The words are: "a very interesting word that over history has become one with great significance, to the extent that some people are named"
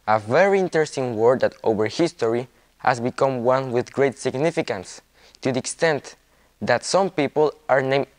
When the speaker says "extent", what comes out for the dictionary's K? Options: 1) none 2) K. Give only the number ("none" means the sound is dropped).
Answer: 2